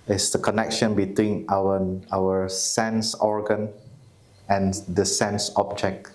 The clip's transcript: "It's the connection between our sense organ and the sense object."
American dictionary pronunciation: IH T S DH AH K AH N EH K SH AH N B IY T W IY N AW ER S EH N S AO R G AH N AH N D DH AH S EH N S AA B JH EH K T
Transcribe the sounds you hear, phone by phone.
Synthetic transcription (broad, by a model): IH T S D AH K AH N EH K SH AH N B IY T W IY N AW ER S EH N S AO R G AH N AH N D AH S EH N S AA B JH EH K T